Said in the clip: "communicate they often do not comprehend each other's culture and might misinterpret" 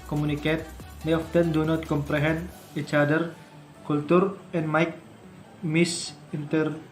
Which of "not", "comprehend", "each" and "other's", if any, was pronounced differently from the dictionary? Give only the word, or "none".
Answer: other's